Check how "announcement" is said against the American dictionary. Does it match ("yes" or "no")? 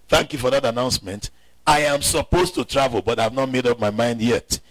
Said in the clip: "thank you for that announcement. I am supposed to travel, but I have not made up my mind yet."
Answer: yes